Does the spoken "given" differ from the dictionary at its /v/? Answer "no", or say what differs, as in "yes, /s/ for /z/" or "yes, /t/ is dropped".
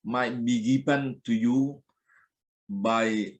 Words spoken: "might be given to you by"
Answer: yes, /p/ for /v/